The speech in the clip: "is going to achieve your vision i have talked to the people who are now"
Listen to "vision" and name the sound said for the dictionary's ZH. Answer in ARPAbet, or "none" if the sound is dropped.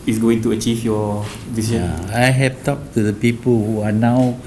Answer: S